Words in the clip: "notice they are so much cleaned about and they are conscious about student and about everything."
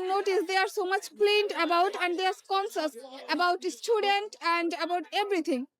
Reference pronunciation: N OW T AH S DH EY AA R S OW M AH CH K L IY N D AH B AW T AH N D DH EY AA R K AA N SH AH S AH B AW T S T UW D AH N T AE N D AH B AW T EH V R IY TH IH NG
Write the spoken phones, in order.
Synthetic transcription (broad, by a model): N OW T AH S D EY AA R S OW M AH CH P L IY N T AH B AW T AH N D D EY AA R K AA N S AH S AH B AW T S T UW D AH N T AE N D AH B AW T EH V R IY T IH NG